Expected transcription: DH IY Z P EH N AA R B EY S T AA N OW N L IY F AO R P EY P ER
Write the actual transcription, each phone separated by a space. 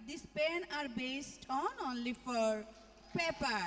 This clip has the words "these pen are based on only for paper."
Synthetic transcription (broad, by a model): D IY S P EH N AA R B EY S T AA N OW N L IY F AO R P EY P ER